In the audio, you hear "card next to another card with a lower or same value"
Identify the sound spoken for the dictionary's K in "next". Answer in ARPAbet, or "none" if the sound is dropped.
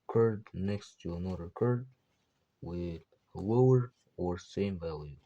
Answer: K